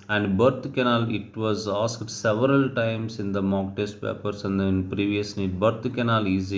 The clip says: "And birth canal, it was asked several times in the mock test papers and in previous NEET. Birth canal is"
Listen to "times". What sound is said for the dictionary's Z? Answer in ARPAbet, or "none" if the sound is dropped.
S